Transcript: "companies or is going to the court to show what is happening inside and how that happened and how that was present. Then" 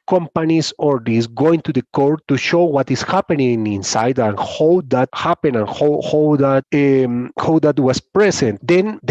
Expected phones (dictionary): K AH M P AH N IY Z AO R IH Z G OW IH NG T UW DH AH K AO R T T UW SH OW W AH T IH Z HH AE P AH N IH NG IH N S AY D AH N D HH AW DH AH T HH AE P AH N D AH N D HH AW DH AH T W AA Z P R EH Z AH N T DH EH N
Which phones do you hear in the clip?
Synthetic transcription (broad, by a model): K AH M P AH N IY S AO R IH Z G OW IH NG T UW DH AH K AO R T T UW SH OW W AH T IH S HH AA P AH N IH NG IH N S AY D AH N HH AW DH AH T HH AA P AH N AH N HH HH AW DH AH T W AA S P R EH S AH N T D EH N